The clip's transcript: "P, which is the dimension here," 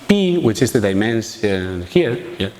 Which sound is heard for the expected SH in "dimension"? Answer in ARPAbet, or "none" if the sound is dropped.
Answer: S